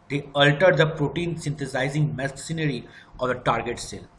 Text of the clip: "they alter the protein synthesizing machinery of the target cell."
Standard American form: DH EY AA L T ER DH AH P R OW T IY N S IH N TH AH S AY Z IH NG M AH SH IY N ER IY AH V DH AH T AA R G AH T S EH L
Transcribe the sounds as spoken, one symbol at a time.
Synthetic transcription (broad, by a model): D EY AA L T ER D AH P R OW T IY N S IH N T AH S AY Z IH NG M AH S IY N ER IY AH V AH T AA R G AH T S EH L